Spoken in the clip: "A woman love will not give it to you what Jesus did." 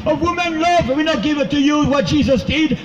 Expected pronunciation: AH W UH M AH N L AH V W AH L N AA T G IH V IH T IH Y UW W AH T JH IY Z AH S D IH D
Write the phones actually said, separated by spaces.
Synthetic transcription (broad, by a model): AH W UH M AH N L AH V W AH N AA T G IH V IH T IH Y UW W AH T JH IY Z AH S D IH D